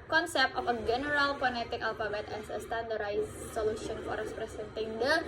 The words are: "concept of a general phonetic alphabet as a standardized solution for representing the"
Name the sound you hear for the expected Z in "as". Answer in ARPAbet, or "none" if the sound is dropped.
S